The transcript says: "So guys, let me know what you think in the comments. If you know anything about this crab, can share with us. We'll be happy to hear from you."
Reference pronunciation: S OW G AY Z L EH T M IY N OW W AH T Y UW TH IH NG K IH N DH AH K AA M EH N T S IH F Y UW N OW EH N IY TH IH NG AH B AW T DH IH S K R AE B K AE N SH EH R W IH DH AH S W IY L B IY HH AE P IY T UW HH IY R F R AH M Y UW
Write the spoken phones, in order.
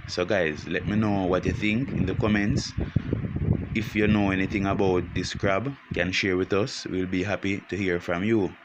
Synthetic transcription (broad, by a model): S OW G AY Z L EH T M IY N OW W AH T Y UW TH IH NG K IH N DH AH K AA M EH N T S IH F Y UW N OW EH N IY TH IH NG AH B AW T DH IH S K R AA B K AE N SH EH R W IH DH AH S W IY L B IY HH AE P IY T UW HH IY R F R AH M Y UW